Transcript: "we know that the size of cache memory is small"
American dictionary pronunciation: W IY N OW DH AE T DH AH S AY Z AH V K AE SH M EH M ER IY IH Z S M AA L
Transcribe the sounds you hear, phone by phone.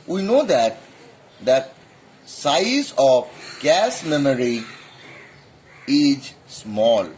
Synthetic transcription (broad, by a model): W IY N OW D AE T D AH S AY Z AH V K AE S M EH M ER IY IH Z S M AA L